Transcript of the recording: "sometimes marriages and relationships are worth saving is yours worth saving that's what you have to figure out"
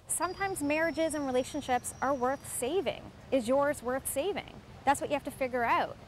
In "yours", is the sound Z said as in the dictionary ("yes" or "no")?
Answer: yes